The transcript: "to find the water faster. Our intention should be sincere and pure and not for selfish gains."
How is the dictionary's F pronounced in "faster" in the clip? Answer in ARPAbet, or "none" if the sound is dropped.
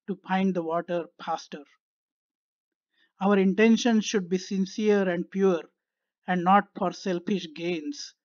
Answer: P